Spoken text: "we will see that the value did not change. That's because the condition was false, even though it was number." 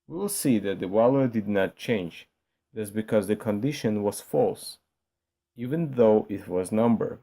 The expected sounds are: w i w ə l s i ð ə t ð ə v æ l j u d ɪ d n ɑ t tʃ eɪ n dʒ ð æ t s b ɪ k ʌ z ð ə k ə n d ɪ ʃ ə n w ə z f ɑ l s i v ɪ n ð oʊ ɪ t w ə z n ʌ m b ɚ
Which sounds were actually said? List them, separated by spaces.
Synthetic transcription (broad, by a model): w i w l s i ð ə t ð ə w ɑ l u d ɪ d n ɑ t tʃ eɪ n dʒ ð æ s b ɪ k ʌ z ð ə k ə n d ɪ ʃ ə n w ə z f ɑ l s i v ɪ n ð oʊ ɪ t w ə z n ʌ m b ɚ